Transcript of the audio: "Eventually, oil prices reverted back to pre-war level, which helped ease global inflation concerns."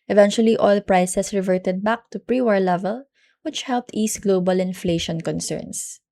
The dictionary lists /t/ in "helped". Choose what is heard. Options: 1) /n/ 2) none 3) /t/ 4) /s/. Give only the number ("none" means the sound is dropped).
3